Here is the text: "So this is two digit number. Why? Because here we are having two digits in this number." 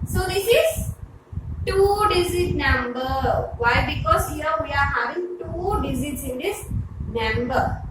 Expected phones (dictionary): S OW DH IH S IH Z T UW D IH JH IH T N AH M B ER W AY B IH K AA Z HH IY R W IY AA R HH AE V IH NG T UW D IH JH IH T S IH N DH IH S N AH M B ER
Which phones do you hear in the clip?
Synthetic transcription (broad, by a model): S OW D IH S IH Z T UW D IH Z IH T N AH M B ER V AY B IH K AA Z HH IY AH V IY AA R HH AE V IH NG T UW D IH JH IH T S IH N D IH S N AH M B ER